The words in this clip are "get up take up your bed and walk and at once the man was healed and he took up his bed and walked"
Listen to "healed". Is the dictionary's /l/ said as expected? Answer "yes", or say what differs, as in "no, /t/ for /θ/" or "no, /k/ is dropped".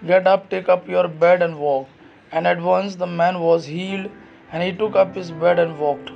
yes